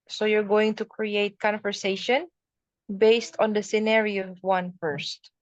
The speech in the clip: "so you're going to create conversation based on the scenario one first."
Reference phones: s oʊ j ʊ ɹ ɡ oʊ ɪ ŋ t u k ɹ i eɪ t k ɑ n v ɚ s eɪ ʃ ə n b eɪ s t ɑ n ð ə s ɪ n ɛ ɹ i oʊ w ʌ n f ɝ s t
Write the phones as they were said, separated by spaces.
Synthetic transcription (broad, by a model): s oʊ j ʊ ɹ ɡ oʊ ɪ ŋ t u k ɹ i eɪ t k ɑ n v ɚ s eɪ ʃ ə n b eɪ s t ɑ n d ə s ɪ n ɛ ɹ i oʊ w ʌ n f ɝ s t